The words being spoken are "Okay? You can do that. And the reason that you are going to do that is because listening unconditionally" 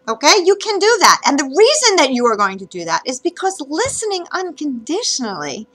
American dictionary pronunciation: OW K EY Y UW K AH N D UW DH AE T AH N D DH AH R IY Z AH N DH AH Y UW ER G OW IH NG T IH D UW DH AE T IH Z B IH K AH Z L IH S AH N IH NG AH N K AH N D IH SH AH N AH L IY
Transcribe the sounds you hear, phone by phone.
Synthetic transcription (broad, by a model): OW K EY Y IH K AH N D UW DH AE T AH N DH AH R IY Z AH N DH AH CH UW ER G OW IH NG T IH D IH DH AE T IH Z B IH K AH Z L IH S AH N IH NG AH N K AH N D IH SH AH N L IY